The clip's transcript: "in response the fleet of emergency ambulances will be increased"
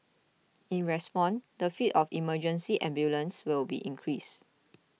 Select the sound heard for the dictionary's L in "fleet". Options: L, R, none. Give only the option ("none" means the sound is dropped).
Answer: none